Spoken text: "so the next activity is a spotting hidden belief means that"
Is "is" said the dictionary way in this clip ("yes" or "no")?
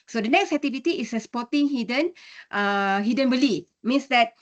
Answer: no